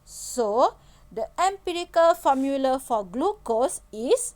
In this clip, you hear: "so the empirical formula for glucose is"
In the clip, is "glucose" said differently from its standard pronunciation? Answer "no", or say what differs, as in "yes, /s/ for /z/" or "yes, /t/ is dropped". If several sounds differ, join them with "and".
no